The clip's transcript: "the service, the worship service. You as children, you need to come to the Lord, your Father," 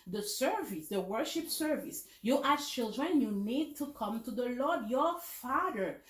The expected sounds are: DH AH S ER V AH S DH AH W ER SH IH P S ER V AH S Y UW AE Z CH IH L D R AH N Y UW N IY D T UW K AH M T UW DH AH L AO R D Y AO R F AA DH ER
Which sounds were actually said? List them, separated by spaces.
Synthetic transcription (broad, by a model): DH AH S ER V AH S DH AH W ER SH IH P S ER V AH S Y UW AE S CH IH L D R AH N Y UW N IY D T UW K AH M T UW DH AH L AO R D Y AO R F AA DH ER